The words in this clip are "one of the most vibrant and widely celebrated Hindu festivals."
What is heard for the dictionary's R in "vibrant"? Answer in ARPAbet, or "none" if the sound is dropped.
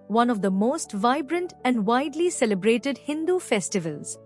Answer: R